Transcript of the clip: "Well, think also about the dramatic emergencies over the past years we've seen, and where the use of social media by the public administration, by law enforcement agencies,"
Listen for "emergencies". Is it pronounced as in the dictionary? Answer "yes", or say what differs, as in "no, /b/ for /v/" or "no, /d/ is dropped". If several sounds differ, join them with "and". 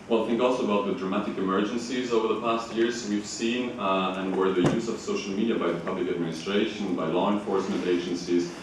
yes